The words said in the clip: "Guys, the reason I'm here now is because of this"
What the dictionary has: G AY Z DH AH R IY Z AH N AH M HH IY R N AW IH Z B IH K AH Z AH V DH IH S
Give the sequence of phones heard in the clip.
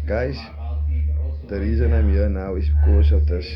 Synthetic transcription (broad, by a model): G AY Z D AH R IY Z AH N AH M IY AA N AW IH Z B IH K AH S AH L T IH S